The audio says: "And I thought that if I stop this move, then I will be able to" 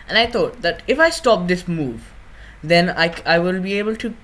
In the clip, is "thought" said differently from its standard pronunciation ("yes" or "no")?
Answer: yes